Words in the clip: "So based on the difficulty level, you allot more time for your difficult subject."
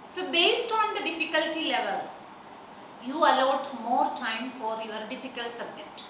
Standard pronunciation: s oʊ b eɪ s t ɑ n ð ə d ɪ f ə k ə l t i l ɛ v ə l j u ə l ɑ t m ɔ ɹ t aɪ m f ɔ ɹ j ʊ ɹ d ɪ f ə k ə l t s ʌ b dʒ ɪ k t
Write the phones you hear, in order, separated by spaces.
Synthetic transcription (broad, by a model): s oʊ b eɪ s t ɑ n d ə d ɪ f ə k ə l t i l ɛ v ə l j u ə l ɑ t m ɔ ɹ t aɪ m f ɔ ɹ j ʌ ɹ d ɪ f ə k ə l t s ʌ b dʒ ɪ k t